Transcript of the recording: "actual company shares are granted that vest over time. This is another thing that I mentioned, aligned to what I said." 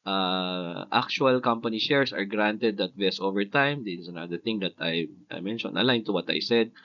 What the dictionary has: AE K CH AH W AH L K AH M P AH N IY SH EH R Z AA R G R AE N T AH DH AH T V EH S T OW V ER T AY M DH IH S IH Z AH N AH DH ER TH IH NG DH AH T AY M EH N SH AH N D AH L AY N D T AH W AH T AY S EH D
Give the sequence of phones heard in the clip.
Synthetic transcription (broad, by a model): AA K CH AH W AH L K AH M P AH N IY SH EH R S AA R G R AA N T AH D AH T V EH S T OW V ER T AY M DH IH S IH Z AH N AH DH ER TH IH NG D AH T AY M EH N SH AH N AH L AY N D T AH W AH T AY S EH D